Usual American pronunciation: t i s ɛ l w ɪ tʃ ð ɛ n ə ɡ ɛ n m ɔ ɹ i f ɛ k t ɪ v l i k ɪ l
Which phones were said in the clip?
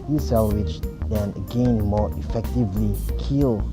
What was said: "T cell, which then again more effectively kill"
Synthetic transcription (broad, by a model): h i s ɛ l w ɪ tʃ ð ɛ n ə ɡ ɛ n m ɔ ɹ i f ɛ k t ɪ v l i k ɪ l